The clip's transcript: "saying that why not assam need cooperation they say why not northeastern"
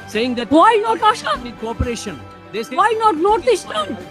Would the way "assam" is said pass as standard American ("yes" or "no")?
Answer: no